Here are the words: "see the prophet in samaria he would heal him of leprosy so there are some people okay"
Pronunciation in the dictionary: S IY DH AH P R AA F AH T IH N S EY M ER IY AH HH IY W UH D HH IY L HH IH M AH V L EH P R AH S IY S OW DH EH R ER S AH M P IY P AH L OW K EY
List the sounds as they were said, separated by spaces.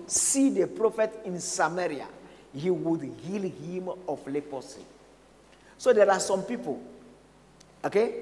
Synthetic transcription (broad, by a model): S IY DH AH P R AA F AH T IH N S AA M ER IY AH HH IY W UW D HH IY L HH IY M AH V L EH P AH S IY S OW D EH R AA S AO M P IY P AH L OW K EY